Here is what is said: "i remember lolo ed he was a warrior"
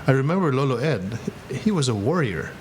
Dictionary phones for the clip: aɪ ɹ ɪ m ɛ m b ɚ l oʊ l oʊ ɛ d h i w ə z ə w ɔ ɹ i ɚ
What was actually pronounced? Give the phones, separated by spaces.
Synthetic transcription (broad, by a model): aɪ ɹ ɪ m ɛ m b ɚ l oʊ l oʊ ɛ d h i w ə z ə w ɔ ɹ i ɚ